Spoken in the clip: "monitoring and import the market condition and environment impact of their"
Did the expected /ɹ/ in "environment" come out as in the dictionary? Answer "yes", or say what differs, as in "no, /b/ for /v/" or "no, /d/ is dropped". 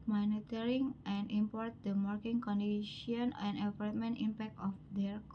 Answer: no, /l/ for /ɹ/